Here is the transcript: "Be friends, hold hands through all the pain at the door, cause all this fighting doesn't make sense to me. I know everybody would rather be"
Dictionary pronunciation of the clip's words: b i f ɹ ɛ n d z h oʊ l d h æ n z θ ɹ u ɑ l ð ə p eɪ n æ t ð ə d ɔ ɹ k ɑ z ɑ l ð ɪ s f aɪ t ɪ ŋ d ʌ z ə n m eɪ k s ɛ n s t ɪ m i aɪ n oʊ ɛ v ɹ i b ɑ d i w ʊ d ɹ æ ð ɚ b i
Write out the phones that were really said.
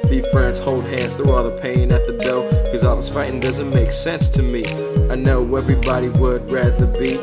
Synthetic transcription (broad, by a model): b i f ɹ ɛ n d z h oʊ l d h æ n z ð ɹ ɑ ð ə p eɪ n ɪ t ð ə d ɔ l k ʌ z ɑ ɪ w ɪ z f aɪ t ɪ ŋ d ʌ z ə n m eɪ k s ɛ n s t ɪ m i aɪ n oʊ ɛ v ɹ i b ɑ d i w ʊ d ɹ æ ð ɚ b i